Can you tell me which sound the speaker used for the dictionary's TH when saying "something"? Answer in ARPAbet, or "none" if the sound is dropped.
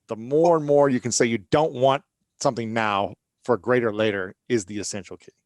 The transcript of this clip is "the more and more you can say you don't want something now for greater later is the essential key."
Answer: TH